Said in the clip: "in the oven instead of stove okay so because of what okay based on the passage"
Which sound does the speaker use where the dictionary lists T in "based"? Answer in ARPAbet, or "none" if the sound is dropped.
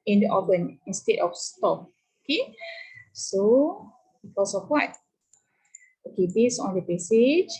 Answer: none